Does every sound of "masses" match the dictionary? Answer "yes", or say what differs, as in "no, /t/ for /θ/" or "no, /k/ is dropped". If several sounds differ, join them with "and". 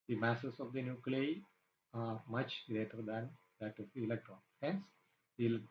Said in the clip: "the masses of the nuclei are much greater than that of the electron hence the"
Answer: no, /s/ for /z/